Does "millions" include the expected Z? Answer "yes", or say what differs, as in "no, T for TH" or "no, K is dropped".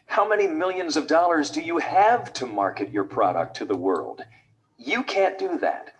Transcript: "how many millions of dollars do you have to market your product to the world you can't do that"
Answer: yes